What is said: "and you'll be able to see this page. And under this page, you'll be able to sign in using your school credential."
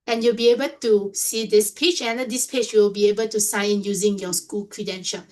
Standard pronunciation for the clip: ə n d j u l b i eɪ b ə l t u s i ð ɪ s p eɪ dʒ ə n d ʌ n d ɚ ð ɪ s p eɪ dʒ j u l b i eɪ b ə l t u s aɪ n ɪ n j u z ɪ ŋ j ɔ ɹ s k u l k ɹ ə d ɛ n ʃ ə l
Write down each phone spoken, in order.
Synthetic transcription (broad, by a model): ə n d j u l b i eɪ b ə l t u s i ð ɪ s p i tʃ ə n d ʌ d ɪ s p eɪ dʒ j u l b i eɪ b ə l t u s aɪ ɪ n j u z ɪ ŋ j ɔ s k u l k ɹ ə d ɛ n ʃ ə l